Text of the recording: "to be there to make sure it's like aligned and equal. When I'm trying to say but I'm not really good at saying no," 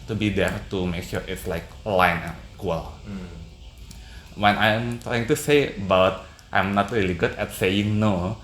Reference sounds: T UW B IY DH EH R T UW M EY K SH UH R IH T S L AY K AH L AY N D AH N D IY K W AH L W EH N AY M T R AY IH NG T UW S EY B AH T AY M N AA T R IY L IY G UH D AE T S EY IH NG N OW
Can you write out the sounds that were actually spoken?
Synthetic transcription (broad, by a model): T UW B IY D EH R T UW M EY K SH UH R IH T S L AY K L AY N AH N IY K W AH L W EH N AY M T R AY IH NG T UW S EY B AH T AY M N AA T R IY L IY G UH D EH T S EY IH NG N OW